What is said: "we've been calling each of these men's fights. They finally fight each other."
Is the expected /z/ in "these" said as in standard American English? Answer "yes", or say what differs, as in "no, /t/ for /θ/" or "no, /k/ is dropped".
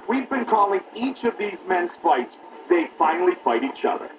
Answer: yes